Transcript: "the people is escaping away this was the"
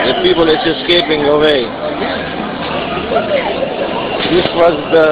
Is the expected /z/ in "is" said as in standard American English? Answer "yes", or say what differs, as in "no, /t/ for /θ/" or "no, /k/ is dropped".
no, /s/ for /z/